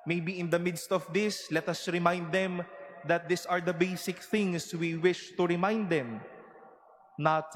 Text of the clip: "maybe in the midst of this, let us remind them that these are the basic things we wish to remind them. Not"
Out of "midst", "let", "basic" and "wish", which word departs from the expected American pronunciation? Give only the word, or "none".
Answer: none